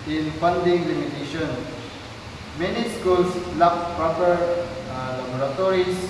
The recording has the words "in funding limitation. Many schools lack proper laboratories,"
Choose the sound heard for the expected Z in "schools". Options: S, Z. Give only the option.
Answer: S